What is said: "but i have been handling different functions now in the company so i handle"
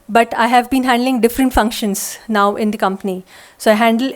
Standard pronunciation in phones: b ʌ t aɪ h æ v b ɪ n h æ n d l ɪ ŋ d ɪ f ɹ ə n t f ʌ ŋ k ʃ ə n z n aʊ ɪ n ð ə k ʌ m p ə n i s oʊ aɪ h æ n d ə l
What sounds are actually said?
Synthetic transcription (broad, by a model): b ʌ t aɪ h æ v b ɪ n h æ n d l ɪ ŋ d ɪ f ɹ ə n t f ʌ ŋ k ʃ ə n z n aʊ ɪ n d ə k ʌ m p ə n i s oʊ aɪ h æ n d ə l